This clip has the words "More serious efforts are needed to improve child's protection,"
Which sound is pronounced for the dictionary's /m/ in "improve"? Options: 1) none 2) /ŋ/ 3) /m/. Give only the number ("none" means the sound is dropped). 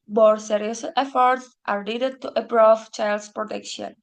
1